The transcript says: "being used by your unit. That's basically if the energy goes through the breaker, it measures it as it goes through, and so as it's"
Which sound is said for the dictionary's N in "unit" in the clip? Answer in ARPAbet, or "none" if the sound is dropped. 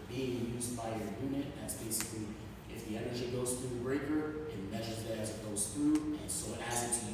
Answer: N